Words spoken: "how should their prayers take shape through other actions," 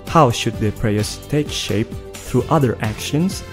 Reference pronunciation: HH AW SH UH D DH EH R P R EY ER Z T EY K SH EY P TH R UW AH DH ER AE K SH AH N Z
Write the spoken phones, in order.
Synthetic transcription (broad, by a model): HH AW SH UH D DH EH P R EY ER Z T EY K SH EY P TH R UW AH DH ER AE K SH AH N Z